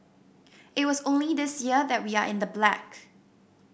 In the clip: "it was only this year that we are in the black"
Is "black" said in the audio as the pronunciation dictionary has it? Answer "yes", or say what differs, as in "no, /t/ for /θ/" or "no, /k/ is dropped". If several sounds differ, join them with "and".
yes